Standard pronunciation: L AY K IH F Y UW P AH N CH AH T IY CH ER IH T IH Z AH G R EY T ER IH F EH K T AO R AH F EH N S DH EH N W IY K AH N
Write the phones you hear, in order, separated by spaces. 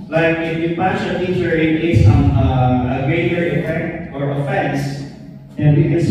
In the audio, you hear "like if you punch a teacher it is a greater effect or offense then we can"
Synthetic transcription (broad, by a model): L AY K IH F Y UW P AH CH AH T IY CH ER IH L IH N AH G R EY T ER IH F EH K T AO R AH F EH N S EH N W IY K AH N